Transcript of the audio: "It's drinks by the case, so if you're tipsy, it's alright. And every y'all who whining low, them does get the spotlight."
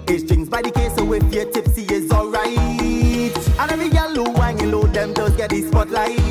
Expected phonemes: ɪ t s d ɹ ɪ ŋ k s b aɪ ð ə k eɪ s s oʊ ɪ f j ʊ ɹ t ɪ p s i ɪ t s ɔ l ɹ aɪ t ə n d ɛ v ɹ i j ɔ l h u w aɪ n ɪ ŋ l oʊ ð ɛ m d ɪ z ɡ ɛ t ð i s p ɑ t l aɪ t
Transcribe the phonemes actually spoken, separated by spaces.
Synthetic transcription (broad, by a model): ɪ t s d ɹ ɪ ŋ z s b aɪ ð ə k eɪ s s oʊ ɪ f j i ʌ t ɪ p s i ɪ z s ɔ l ɹ aɪ t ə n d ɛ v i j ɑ l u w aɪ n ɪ l oʊ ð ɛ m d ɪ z ɡ ɛ t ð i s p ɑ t l aɪ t